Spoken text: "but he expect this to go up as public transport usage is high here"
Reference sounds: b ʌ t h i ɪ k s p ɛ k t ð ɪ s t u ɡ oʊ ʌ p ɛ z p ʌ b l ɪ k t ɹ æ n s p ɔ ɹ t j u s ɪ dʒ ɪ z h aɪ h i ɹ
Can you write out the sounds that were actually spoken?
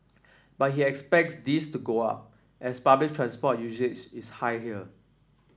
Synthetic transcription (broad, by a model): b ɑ t h i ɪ k s p ɛ k t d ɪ s t u ɡ oʊ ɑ p ɛ s p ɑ b l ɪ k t ɹ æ n s p ɔ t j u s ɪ tʃ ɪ s h aɪ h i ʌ